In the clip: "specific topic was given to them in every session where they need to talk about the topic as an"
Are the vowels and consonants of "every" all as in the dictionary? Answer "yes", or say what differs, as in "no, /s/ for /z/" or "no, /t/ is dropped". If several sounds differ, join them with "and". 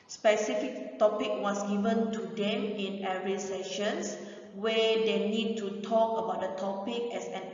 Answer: no, /v/ is dropped